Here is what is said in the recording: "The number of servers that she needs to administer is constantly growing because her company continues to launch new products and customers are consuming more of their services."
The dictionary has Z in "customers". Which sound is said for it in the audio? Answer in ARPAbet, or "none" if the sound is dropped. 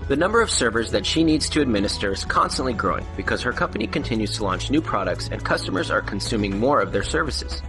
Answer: Z